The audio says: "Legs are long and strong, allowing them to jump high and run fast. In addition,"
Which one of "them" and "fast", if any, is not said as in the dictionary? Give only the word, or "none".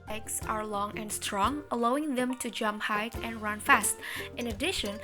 none